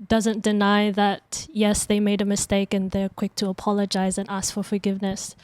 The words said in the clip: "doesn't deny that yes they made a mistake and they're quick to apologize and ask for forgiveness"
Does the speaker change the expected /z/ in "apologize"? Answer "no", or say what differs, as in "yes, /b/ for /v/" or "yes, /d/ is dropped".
no